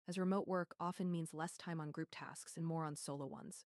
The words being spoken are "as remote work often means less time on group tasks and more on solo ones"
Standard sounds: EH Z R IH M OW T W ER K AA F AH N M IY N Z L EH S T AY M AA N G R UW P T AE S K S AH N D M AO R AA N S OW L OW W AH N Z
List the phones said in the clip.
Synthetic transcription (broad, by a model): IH Z R IH M OW T W ER K AA F AH N M IY N Z L EH S T AY M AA N G R UW P T AE S K S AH N M AO R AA N S OW L OW W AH N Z